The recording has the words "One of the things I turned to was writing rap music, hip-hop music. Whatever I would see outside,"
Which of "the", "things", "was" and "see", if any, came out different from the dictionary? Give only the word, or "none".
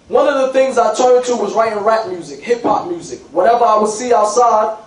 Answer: none